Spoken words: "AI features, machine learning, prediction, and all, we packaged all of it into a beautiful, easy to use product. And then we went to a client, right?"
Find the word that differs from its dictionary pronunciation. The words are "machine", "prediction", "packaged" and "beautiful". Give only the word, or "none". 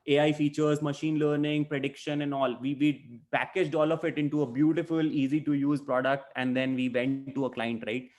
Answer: none